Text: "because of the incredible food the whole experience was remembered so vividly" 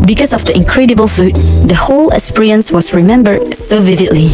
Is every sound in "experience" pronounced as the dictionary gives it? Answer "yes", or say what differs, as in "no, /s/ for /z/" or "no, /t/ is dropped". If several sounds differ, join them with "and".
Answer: no, /k/ is dropped